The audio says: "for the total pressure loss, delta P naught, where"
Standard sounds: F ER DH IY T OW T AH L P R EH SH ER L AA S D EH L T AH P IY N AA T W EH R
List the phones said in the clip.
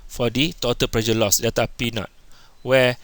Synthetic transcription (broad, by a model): F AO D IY T OW T AH L P R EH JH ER L AA S D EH T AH P IY N AA T W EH